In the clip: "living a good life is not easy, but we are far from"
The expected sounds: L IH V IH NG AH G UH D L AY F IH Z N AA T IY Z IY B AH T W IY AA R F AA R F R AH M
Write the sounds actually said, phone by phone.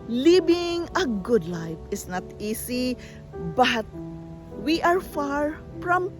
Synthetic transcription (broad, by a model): L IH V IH NG AH G UH D L AY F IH S N AA T IY S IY B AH T W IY AA R F AA R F R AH M